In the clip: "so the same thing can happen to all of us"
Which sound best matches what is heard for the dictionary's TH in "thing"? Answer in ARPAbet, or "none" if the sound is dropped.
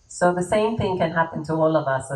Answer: TH